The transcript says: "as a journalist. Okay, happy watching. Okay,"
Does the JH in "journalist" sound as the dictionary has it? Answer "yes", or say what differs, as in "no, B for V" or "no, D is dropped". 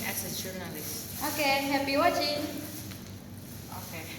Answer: no, CH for JH